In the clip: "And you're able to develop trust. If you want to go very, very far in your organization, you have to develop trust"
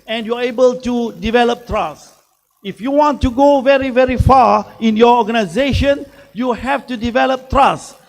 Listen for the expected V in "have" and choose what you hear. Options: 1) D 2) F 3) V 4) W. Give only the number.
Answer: 2